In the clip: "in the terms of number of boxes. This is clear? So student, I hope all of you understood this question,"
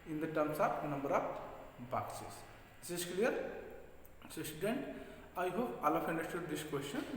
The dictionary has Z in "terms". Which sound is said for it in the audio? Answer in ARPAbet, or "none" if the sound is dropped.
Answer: S